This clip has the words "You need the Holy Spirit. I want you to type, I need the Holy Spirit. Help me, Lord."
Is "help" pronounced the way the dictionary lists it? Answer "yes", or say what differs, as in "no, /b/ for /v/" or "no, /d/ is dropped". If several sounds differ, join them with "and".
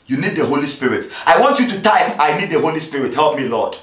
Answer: yes